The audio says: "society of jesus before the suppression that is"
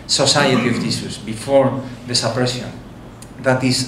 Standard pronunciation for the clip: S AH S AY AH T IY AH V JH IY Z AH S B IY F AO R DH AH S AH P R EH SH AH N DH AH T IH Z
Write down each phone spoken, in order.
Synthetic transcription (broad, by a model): S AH S AY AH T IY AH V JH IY S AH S B IY F AO R DH AH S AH P R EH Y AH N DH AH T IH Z